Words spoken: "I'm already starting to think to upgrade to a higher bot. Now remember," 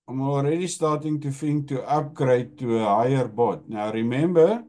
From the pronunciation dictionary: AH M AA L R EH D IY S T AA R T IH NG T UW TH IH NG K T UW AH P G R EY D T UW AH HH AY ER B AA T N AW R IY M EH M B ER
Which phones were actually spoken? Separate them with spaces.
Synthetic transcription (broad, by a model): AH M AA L R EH D IY S T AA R T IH NG T UW F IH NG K T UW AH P G R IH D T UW AH HH AY ER B AA T N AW R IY M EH M B ER